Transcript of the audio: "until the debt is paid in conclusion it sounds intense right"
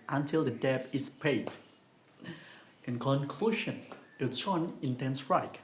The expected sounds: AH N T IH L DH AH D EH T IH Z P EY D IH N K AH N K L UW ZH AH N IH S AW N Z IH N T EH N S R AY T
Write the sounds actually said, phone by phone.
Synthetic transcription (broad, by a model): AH N T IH L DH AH D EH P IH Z P EY D IH N K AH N K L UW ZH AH N IH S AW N IH N T EH N S R AY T